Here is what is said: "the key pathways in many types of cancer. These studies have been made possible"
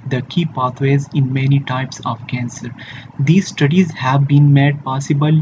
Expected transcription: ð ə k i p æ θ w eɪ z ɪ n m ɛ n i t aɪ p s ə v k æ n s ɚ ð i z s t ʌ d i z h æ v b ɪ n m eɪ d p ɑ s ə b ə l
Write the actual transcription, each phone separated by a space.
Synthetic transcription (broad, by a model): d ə k i p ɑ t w eɪ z ɪ n m ɛ n i t aɪ p s ə v k æ n s ɚ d i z s t ʌ d i z h æ v b ɪ n m eɪ d p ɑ s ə b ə l